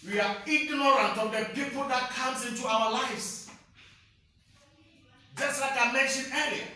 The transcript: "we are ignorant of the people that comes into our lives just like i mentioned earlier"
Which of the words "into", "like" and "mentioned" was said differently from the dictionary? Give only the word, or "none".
mentioned